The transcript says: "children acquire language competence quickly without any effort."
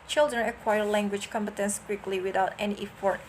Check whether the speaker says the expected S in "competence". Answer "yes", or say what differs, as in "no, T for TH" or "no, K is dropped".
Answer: yes